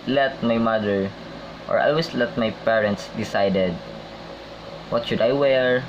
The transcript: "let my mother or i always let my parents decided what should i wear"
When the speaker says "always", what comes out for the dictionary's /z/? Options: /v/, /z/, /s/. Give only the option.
/s/